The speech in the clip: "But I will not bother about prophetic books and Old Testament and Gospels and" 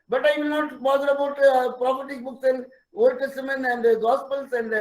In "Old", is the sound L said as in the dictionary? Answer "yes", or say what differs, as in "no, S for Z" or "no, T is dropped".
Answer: no, L is dropped